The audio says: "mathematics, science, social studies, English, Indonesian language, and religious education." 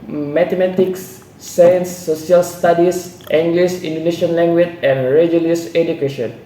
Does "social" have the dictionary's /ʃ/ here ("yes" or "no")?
no